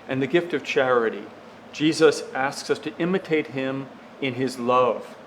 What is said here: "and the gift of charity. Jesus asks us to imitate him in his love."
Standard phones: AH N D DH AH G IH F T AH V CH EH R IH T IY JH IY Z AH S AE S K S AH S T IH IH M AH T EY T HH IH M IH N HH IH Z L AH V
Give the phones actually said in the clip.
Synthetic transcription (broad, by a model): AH N DH AH G IH F T AH V CH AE R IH T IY JH IY Z AH S AE S K S AH S T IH IH M AH T EY T HH IH M IH N IH Z L AH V